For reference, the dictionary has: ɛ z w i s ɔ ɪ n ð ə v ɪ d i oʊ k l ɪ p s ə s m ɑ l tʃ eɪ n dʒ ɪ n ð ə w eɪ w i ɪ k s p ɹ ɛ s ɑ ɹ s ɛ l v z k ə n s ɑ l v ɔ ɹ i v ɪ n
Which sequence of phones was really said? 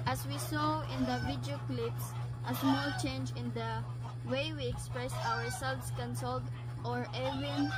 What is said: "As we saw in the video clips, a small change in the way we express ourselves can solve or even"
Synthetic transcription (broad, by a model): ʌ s w i s ɔ ɪ n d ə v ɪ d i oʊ k l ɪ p s ə s m ɑ l tʃ eɪ n dʒ ɪ n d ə w eɪ w i ɪ k s p ɹ ɛ s ɑ ɹ s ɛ l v s k ə n s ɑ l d ɔ ɹ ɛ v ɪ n